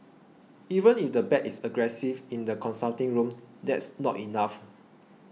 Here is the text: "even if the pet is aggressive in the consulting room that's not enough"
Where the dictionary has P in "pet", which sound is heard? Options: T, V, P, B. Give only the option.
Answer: B